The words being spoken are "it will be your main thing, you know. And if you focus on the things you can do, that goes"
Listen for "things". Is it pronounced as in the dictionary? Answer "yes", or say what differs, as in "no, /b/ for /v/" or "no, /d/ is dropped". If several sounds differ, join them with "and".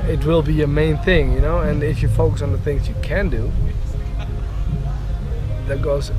yes